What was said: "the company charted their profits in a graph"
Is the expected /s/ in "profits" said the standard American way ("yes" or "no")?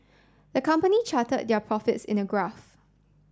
yes